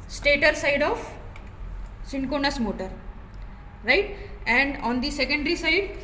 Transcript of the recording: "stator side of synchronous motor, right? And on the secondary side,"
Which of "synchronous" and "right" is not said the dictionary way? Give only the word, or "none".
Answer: synchronous